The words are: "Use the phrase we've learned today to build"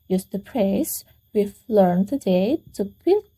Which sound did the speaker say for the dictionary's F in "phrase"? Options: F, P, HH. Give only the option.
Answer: P